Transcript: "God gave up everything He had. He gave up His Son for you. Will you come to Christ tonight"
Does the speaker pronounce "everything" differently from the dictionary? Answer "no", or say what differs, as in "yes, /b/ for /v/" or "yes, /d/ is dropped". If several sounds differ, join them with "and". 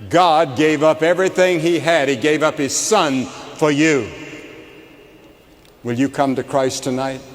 no